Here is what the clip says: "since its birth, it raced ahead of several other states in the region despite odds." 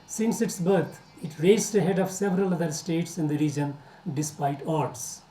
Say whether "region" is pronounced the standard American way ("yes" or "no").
yes